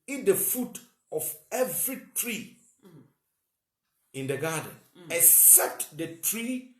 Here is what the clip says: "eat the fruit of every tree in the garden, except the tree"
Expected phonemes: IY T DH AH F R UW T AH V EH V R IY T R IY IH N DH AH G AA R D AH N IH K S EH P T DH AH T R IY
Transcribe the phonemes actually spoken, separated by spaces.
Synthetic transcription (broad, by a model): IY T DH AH F UW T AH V EH V R IY T R IY IH N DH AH G AA D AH N IH K S EH P T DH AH T R IY